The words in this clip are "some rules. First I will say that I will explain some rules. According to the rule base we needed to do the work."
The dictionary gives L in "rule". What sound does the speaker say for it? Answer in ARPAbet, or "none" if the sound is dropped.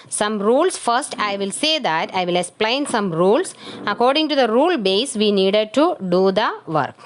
L